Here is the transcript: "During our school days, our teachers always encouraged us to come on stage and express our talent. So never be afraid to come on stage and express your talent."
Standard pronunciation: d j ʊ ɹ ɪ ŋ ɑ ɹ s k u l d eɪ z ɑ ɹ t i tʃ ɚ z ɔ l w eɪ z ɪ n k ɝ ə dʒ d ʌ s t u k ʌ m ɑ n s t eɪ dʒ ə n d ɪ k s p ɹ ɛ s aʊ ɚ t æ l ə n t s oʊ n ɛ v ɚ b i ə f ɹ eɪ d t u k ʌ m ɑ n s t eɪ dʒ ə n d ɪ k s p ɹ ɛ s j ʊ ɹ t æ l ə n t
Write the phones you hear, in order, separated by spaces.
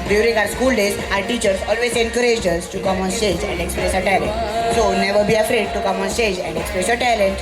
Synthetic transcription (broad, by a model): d j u ɹ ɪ ŋ ɑ ɹ s k u l d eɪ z ɑ ɹ t i tʃ ɚ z ɔ l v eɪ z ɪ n k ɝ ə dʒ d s t u k ʌ m ɑ n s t eɪ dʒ ə n d ɪ k s p ɹ ɛ s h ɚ t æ l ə n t s oʊ n ɛ v ɚ b i ə f ɹ eɪ d t u k ʌ m ɑ n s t eɪ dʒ ə n d ɪ k s p ɹ ɛ s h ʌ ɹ t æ l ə n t